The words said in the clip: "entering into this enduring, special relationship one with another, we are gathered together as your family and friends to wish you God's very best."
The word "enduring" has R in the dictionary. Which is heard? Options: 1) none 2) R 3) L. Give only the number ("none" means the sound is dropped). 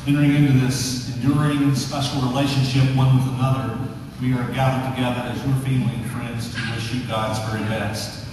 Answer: 2